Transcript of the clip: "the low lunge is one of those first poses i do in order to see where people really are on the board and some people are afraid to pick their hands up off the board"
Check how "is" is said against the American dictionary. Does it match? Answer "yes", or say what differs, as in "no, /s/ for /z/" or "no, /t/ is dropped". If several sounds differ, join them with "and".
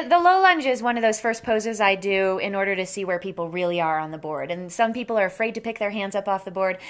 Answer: yes